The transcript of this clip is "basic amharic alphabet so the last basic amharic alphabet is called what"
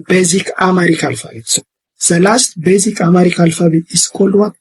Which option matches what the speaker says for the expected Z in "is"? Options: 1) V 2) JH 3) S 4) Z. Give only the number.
3